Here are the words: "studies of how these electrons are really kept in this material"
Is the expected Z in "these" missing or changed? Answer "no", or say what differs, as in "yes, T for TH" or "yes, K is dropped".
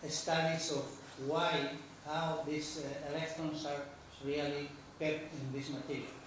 yes, S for Z